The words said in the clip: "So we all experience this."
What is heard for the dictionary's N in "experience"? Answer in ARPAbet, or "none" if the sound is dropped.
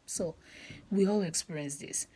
none